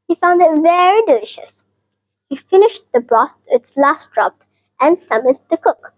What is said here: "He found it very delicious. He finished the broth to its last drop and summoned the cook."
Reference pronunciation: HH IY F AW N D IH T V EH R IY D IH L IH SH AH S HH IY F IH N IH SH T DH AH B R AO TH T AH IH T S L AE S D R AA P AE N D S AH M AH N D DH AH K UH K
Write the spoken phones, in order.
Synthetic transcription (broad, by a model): HH IY F AW N D IH T V EH R IY D IH L IH SH AH S HH IY F IH N IH SH T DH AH B R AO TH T IH T S L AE S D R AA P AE N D S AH M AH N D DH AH K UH K